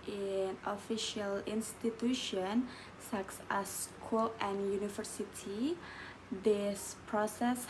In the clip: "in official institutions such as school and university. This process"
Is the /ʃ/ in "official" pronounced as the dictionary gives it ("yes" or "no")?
yes